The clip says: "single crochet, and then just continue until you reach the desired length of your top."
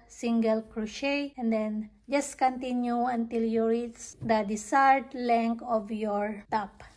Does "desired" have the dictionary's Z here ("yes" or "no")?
no